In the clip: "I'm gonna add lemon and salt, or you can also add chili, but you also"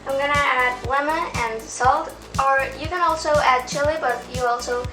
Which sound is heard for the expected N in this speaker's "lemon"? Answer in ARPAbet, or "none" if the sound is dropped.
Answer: none